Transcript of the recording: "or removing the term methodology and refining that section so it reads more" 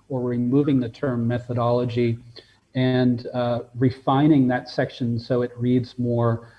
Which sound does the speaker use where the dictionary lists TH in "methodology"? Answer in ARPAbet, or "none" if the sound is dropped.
TH